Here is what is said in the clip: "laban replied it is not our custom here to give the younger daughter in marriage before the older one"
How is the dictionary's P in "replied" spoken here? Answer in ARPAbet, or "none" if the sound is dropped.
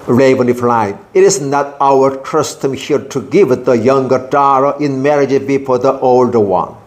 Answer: F